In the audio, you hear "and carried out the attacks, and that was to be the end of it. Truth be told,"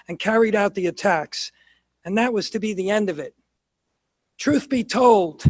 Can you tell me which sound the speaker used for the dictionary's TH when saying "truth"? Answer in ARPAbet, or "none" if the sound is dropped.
TH